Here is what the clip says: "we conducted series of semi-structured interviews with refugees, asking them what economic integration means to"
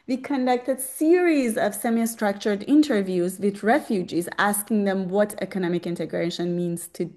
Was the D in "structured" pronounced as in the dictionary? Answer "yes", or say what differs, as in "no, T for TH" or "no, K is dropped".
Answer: yes